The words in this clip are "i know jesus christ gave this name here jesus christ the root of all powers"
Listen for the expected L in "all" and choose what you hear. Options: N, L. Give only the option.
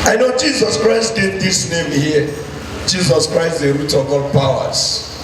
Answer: L